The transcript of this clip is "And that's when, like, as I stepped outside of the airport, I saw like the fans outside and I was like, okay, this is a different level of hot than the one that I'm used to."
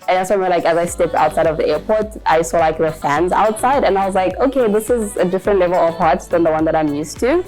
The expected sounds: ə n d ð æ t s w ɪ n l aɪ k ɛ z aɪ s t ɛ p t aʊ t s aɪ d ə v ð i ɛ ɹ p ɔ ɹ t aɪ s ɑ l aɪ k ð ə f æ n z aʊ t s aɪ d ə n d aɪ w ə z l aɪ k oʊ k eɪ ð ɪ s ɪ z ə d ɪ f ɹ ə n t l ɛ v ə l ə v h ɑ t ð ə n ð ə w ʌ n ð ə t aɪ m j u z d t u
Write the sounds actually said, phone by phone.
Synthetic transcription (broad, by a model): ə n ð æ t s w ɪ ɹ l aɪ k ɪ z aɪ s t ɛ p t aʊ t s aɪ d ə v ð i ɛ ɹ p ɔ ɹ t aɪ s ɑ l aɪ k ð ə f æ n z aʊ t s aɪ d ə n aɪ w ə z l aɪ k oʊ k eɪ ð ɪ s ɪ z ə d ɪ f ɹ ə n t l ɛ v ə l ə v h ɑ t ð ə n ð ə w ʌ n ð ə t aɪ m j u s t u